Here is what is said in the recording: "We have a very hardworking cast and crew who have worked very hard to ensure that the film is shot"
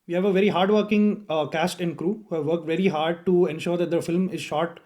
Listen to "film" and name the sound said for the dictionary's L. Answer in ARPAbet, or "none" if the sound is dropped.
L